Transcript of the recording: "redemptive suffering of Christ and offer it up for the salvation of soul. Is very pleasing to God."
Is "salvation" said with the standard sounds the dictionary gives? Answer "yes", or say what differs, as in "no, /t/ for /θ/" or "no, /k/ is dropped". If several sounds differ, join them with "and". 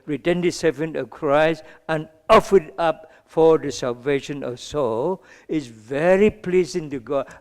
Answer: yes